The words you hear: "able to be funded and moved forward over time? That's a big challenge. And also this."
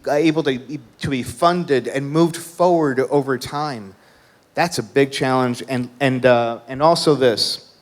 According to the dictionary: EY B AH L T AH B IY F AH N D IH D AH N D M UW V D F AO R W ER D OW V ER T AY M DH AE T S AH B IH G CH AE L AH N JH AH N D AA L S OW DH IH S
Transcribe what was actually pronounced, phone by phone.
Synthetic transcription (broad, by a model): EY B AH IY T AH B IY F AH N D IH D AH N M UW V D F AO R W ER D OW V ER T AY M DH AE T S AH B IH G CH AE L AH N JH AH N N AA L S OW DH IH S